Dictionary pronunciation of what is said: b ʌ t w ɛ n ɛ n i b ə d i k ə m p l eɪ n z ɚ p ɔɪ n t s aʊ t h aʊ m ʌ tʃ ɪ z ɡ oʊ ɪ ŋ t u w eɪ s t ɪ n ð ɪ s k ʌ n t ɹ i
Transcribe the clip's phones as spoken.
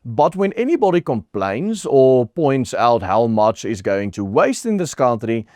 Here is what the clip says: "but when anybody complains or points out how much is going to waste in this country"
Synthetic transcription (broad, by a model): b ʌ t w ɛ n ɛ n i b ə d i k ə m p l eɪ n z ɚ p ɔɪ n t s aʊ t h aʊ m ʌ tʃ ɪ z ɡ oʊ ɪ ŋ t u w eɪ s t ɪ n ð ɪ s k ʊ n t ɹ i